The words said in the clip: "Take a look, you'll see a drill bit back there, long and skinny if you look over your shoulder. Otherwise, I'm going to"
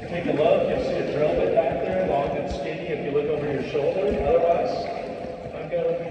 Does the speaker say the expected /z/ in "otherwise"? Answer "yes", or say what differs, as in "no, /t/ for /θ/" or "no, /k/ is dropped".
no, /z/ is dropped